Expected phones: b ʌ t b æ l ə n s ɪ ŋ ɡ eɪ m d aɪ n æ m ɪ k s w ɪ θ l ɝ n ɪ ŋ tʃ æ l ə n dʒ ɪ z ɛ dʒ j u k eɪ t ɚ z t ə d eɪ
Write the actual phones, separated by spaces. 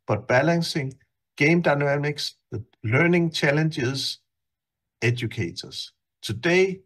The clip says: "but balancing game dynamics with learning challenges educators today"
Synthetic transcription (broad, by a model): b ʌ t b æ l ə n s ɪ ŋ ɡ eɪ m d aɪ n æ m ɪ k s l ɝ n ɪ ŋ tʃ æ l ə n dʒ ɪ s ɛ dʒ j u k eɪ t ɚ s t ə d eɪ